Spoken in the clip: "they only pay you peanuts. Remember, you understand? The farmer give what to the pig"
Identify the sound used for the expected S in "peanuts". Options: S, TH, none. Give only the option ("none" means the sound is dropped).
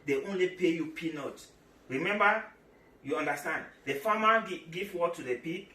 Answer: none